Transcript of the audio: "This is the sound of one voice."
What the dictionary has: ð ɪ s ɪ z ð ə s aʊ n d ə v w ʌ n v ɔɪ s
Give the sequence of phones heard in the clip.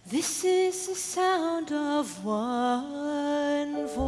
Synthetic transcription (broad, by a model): ð ɪ s ɪ z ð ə s aʊ n d ə v w ʌ n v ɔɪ